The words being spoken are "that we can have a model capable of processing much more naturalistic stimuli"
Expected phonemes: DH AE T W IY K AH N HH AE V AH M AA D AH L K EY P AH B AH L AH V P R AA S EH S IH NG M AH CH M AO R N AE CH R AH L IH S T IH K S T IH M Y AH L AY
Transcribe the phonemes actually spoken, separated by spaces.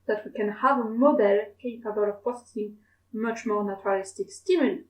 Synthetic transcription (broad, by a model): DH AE T W IY K AH N HH AE V AH M AA D AH L K EY P AH B AH L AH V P AA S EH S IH NG M AH CH M AO R N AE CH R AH L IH S T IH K S T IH M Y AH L